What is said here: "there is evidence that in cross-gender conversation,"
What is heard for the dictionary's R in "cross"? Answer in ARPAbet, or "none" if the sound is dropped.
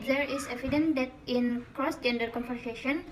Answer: R